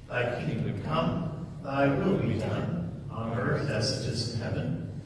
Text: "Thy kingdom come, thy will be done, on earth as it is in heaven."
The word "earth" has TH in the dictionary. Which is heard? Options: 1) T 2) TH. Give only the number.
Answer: 2